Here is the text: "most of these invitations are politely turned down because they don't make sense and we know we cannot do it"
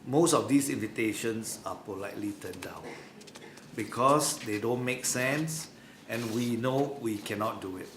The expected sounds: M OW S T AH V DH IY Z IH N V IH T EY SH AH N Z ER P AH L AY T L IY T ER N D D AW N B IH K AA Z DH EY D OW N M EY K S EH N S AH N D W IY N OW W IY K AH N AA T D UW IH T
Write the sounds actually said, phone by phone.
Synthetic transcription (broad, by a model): M OW S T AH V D IY S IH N V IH T EY SH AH N S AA P AH L AY T L IY T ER N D D AW N B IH K AA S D EY D OW N M EY K S EH N S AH N W IY N OW W IY K AH N AA T D UW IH T